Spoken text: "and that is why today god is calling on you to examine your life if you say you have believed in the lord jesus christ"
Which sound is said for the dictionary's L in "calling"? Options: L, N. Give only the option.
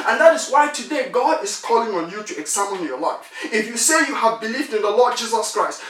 L